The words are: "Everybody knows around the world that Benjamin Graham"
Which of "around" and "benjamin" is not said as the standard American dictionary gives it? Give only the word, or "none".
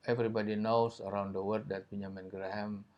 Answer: benjamin